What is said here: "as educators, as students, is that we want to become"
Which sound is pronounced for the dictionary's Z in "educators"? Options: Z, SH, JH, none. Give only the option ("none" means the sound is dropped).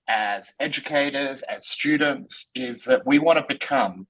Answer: Z